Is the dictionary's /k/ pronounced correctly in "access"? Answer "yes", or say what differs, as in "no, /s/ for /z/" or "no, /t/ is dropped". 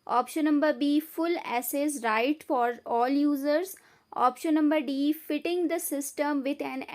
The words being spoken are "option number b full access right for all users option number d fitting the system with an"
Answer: no, /k/ is dropped